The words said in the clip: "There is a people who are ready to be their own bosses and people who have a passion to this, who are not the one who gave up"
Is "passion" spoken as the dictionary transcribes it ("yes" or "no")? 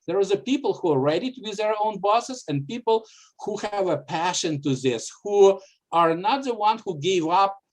yes